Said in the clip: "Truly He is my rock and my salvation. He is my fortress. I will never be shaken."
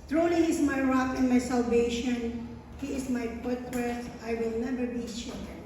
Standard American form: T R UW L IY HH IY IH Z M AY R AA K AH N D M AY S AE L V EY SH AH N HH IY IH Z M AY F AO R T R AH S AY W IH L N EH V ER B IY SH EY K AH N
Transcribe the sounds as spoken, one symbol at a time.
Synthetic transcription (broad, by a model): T R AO L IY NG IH S M AY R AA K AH N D M AY S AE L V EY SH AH N HH IY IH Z M AY P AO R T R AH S AY W IH L N EH V ER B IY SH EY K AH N